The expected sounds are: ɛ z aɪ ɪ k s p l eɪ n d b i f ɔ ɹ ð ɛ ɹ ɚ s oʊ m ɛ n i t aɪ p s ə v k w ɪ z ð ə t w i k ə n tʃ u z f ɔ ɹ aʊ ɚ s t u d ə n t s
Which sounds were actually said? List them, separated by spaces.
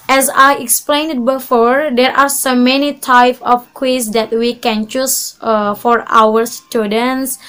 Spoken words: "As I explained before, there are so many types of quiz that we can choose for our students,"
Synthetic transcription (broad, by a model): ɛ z aɪ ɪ k s p l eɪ n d b i f ɔ ɹ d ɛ ɹ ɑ s oʊ m ɛ n i t aɪ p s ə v k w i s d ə t w i k ə n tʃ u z f ɔ ɹ aʊ ɚ s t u d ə n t s